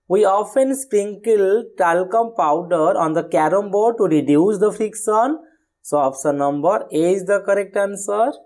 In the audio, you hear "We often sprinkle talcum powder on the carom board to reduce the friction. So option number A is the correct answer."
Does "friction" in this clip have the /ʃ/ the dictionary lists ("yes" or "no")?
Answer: no